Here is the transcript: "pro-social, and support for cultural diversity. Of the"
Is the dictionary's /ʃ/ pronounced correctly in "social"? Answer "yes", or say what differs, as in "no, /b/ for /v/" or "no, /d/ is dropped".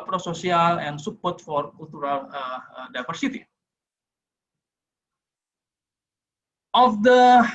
no, /s/ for /ʃ/